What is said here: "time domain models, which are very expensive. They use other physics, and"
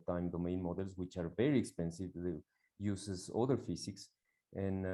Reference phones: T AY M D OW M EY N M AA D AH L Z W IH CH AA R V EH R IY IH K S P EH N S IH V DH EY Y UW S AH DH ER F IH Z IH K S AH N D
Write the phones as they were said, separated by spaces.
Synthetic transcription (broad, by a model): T AY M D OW M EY N M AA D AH L S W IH CH AA R V EH R IY IH K S P EH N S IH V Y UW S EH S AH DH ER F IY S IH K S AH N